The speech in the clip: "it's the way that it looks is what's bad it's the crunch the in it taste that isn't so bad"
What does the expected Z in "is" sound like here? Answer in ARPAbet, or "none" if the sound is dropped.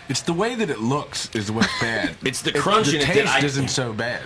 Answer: Z